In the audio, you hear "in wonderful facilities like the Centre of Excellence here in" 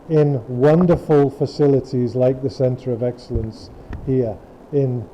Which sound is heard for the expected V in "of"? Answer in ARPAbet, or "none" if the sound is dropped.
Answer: V